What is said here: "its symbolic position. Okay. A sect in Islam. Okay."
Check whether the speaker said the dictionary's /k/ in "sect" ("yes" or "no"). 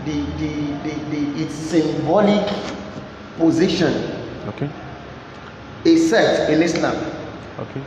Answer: no